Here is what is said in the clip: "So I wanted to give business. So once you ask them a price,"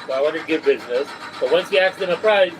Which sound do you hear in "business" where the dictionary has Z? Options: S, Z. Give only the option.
Z